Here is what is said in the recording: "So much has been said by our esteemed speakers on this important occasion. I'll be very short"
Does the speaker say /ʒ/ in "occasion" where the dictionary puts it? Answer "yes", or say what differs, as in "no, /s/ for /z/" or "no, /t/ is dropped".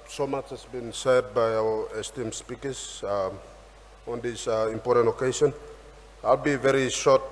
no, /s/ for /ʒ/